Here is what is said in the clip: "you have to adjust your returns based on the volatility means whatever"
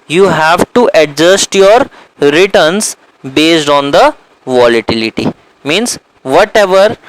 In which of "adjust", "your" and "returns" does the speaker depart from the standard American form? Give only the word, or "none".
returns